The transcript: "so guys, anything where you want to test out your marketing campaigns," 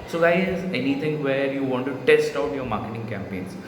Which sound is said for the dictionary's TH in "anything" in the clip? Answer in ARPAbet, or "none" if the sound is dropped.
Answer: T